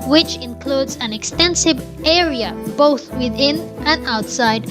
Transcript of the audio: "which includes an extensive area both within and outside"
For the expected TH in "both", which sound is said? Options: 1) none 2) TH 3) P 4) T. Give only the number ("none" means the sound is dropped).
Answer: 2